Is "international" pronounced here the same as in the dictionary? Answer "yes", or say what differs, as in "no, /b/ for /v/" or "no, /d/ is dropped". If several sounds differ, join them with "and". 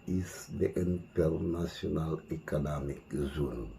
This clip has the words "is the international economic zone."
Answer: no, /s/ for /ʃ/